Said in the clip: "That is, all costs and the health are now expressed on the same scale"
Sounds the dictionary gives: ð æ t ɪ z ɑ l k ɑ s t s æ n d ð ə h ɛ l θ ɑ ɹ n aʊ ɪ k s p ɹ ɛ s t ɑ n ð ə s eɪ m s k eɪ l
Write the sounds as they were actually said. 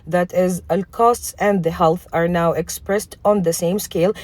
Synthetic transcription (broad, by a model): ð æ t ɪ z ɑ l k ɑ s t s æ n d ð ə h ɛ l θ ɑ ɹ n aʊ ɪ k s p ɹ ɛ s t ɑ n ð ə s eɪ m s k eɪ l